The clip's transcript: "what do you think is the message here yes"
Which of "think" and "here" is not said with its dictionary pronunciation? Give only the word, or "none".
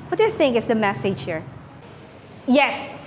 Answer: none